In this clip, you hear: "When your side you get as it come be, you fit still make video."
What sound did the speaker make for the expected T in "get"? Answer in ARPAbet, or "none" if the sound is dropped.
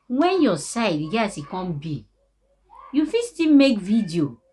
none